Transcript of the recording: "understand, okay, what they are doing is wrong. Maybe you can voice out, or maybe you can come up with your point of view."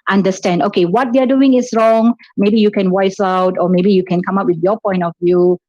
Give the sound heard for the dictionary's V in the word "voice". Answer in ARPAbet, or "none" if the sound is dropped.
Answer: W